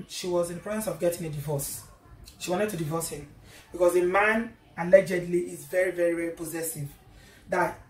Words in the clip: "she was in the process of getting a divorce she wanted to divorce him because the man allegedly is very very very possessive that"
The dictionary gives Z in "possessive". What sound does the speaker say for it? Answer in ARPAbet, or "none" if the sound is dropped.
Z